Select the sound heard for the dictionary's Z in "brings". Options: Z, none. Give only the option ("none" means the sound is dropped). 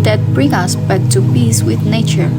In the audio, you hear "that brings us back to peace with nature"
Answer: none